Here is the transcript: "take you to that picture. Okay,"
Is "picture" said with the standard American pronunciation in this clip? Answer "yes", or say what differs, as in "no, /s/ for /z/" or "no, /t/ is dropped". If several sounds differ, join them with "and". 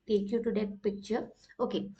no, /k/ is dropped